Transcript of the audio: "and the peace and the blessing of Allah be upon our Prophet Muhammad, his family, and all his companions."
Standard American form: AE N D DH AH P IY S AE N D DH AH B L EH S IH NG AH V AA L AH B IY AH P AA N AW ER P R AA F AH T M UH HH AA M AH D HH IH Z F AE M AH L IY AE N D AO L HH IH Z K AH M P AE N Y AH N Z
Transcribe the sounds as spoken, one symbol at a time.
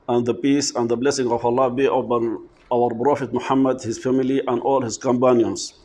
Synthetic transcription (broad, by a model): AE N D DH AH P IY S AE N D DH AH B L EH S IH NG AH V AA L AH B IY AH B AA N AW ER B R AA F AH T M UH HH AA M AH D HH IH Z F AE M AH L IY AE N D AO L HH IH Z K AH M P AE N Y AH N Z